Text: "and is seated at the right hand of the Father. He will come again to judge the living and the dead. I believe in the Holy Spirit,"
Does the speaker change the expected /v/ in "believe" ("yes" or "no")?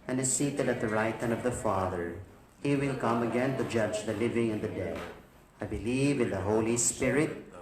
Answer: no